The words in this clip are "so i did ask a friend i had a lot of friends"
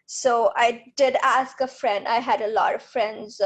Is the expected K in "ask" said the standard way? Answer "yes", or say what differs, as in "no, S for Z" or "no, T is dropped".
yes